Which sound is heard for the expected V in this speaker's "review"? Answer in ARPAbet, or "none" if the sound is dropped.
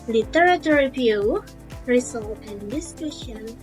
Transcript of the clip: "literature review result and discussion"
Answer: P